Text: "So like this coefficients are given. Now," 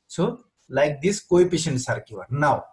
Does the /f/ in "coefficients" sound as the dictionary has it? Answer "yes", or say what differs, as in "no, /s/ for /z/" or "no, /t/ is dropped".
no, /p/ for /f/